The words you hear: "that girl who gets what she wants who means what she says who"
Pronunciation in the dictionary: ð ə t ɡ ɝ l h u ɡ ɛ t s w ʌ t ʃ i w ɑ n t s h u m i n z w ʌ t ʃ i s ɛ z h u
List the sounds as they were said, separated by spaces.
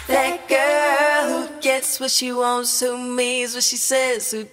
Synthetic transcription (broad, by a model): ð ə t ɡ ɝ l h u ɡ ɛ t s w ʌ t ʃ i w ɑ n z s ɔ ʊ m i z w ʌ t ʃ i s ɛ z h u